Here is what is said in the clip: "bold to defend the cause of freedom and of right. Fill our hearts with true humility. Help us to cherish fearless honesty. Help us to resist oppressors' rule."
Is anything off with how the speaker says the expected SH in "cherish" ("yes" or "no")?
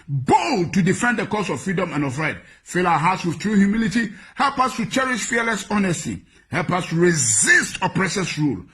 no